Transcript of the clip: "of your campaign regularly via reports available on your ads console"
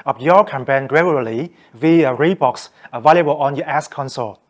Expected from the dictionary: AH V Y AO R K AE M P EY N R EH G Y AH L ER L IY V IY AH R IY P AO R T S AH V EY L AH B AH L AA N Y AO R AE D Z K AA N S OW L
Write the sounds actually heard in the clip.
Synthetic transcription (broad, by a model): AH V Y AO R K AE M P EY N R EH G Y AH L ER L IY V IY AH R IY B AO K S AH V EY L AH B AH L AA N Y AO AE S K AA N S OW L